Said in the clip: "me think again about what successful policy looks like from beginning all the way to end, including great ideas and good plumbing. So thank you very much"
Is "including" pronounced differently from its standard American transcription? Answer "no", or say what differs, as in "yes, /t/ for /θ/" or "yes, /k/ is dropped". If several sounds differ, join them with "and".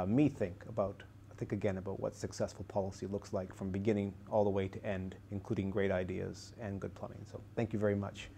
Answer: no